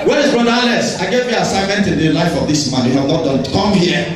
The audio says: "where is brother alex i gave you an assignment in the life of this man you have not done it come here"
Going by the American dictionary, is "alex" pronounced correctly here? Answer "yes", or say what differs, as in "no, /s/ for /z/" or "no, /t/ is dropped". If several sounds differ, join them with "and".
no, /k/ is dropped